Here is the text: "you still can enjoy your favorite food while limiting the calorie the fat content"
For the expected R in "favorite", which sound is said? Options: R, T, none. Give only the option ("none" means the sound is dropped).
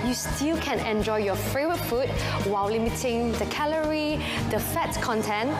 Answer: none